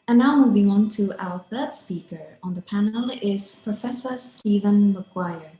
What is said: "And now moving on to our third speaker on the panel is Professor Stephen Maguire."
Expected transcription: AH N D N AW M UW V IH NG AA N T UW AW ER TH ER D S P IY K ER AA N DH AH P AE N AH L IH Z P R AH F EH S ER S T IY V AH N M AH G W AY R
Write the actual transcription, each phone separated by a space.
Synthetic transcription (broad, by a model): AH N N AW M UW V IH NG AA N T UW AW ER TH ER D S P IY K ER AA N DH AH P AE N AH L IH Z P R AH F EH S ER S T IY V AH N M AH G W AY R